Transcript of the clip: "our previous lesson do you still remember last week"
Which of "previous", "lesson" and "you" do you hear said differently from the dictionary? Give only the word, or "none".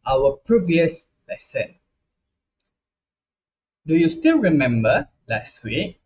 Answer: none